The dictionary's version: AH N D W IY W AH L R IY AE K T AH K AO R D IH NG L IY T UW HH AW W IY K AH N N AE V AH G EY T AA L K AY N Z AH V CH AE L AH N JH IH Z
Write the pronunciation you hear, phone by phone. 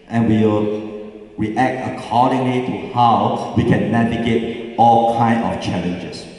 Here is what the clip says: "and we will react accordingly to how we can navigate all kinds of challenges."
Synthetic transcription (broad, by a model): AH N W IY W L R IY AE K T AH K AO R D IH NG L IY T UW HH AW W IY K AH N N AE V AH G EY T AA L K AY N AH F CH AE L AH N JH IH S